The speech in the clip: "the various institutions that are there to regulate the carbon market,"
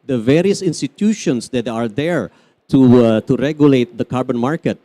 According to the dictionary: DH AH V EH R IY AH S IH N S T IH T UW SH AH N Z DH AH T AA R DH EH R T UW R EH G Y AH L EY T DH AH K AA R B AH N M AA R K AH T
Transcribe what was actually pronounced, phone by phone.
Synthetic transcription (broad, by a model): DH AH V EH R IY AH S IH N S T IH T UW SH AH N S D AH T AA R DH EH R T UW R EH G Y AH L EY T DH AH K AA R B AH N M AA R K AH T